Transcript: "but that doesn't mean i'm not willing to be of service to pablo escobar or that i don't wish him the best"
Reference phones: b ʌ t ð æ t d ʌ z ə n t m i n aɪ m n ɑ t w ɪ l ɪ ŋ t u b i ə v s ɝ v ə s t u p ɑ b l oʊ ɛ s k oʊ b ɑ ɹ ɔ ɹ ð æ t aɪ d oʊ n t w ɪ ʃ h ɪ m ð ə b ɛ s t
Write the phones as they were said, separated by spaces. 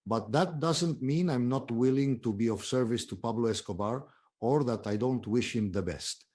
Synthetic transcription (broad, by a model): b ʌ t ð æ t d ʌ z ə n t m i n aɪ m n ɑ t w ɪ l ɪ ŋ t u b i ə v s ɝ v ə s t u p ɑ b l oʊ ɛ s k oʊ b ɑ ɹ ɔ ɹ ð æ t aɪ d oʊ n t w ɪ ʃ h ɪ m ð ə b ɛ s t